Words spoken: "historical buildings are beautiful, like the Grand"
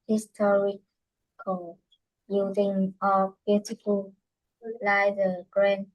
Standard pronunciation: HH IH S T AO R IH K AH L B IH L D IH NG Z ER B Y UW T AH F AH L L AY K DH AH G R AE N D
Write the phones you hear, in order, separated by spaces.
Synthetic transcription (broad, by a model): HH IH S T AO R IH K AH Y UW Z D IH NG ER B Y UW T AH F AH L L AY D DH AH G R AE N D